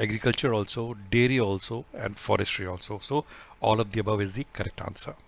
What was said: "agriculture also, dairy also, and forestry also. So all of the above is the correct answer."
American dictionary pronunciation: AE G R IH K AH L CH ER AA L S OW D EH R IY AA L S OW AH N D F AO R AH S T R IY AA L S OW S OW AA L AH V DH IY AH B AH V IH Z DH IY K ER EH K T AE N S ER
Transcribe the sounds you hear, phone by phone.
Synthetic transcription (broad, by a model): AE G R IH K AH L CH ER AA L S OW D EH R IY AA L S OW AH N D F AO R AH S T R IY AA L S OW S OW AA L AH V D IY AH B AH V IH Z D IY K ER EH K T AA N S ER